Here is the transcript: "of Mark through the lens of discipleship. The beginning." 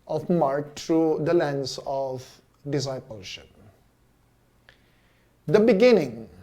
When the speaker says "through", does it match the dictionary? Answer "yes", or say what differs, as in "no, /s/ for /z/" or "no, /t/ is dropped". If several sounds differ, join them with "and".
no, /t/ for /θ/